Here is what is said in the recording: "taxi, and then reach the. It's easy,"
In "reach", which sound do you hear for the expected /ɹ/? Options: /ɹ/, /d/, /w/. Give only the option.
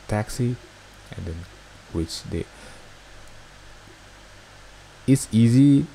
/w/